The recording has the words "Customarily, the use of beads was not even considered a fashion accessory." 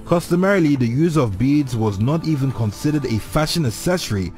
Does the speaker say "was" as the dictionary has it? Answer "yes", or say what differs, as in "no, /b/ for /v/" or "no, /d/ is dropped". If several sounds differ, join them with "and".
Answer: yes